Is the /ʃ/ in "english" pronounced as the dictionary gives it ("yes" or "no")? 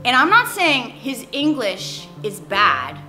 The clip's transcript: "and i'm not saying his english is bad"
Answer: yes